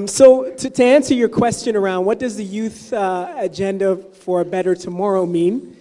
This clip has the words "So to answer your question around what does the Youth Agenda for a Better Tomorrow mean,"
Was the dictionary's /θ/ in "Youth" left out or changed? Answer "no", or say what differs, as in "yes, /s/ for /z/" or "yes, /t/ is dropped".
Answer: no